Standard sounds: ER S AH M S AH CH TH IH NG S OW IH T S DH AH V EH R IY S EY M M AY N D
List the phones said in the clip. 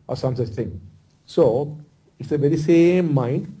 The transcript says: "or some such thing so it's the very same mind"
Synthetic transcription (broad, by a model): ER S AH M S AH CH T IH NG S OW IH T S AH V EH R IY S EY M M AY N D